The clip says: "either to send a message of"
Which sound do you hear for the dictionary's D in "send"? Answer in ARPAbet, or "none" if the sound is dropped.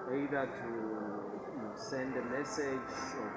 D